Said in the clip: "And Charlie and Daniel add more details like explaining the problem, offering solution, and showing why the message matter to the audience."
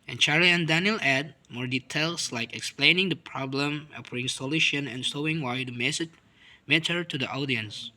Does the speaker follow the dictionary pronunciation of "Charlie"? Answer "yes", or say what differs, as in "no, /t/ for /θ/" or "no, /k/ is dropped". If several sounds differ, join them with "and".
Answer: no, /l/ is dropped